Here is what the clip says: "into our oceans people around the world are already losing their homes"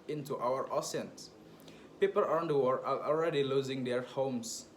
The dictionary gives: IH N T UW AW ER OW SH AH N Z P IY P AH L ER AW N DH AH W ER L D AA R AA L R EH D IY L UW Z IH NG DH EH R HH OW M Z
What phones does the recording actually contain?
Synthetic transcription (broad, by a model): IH N T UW AW ER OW S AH N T P IY P AH L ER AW N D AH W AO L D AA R AA L R EH D IY L UW Z IH NG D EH R HH OW M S